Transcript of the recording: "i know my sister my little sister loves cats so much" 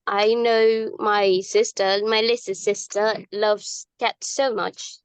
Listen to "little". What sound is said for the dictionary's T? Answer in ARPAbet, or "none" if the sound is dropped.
S